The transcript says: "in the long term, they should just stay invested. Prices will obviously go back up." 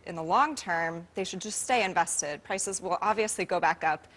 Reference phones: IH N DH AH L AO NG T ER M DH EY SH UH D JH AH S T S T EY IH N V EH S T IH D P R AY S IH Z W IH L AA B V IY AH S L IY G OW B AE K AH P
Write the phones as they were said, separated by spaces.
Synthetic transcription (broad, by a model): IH N DH AH L AO NG T ER M DH EY SH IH D JH AH S T S T EY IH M V EH S T IH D P R AY S IH Z W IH L AA B V IY AH S L IY G OW B AE K AH P